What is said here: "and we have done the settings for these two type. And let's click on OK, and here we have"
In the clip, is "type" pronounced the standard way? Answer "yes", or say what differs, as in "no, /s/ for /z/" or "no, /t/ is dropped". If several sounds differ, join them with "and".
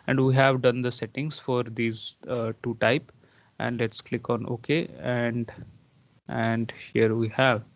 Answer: yes